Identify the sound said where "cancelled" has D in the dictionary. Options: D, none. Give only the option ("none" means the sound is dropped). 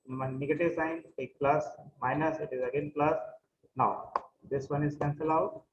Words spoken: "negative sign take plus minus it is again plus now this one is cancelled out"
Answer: none